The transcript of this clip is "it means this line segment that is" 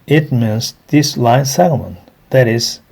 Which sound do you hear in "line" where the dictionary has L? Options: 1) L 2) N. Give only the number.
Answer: 1